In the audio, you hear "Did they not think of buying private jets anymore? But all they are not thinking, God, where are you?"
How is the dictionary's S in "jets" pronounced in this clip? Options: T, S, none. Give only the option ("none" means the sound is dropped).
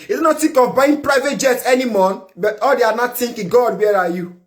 none